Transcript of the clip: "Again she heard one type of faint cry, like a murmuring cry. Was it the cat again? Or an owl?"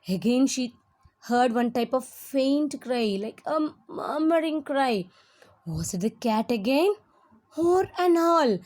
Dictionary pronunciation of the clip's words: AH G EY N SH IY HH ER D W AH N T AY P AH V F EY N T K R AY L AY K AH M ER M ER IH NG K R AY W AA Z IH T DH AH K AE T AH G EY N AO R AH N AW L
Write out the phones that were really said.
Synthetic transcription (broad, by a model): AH G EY N SH IY HH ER D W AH N T AY P AH V F EY N T K R AY L AY K AH M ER M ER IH NG K R AY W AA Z IH T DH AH K AE T AH G EY N AO R AH N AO L